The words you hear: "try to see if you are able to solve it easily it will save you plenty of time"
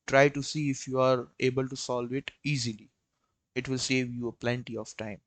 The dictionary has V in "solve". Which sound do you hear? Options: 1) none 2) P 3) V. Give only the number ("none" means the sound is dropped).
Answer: 3